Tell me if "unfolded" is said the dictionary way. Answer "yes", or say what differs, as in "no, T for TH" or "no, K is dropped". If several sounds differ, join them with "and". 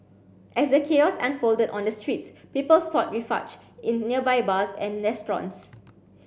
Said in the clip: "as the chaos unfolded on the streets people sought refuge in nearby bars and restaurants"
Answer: yes